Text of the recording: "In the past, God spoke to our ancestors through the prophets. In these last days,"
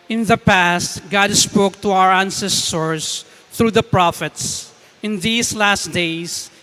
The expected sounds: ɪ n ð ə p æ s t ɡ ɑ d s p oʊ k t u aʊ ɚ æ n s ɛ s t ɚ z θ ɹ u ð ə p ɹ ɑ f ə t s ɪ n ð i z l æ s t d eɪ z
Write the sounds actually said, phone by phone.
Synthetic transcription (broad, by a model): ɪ n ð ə p æ s t ɡ ɑ d s p oʊ k t u aʊ ɚ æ n s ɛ s t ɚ s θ ɹ u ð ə p ɹ ɑ f ə t s ɪ n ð i s l æ s t d eɪ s